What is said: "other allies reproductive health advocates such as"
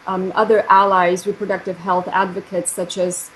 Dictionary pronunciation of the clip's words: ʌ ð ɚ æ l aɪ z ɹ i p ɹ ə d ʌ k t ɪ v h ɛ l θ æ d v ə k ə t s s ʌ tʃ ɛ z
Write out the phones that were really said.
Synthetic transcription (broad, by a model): ʌ ð ɚ æ l aɪ z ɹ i p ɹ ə d ʌ k t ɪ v h ɛ l θ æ d v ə k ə t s s ʌ tʃ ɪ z